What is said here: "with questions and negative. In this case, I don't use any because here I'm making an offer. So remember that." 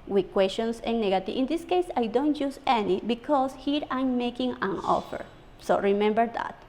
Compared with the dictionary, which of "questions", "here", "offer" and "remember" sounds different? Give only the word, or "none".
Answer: questions